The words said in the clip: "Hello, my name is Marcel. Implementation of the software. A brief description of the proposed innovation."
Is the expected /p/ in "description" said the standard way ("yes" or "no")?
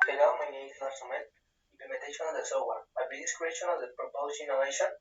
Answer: no